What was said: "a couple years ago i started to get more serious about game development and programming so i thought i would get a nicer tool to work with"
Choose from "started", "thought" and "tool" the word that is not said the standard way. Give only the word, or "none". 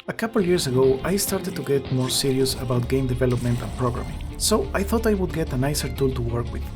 none